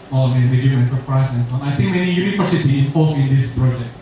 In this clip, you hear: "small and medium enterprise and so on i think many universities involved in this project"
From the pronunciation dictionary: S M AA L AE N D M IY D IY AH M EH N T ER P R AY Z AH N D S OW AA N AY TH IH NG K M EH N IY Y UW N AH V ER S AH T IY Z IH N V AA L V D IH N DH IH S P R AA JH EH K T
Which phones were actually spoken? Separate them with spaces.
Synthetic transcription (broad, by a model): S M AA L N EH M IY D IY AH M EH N S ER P R AY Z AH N S OW AA N AY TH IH NG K M EH N IY Y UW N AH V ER S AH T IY IH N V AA L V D IH N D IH S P R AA JH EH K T